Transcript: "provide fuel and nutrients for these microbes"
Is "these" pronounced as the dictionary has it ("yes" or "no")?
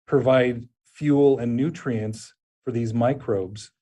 yes